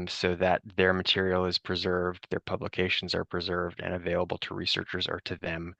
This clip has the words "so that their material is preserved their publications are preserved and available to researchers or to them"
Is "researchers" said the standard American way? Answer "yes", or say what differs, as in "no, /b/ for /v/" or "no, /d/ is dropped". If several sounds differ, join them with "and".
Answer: yes